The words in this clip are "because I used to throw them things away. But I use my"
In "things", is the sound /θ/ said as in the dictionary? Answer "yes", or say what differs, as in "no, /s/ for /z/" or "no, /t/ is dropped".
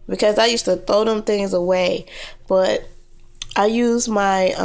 yes